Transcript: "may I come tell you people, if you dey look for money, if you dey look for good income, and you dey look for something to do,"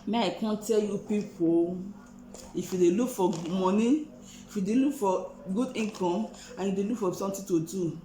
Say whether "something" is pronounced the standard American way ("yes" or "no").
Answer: no